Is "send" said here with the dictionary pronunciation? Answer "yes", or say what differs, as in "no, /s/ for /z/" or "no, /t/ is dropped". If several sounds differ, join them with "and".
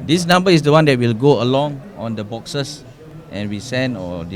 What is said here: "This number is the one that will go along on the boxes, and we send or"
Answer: no, /d/ is dropped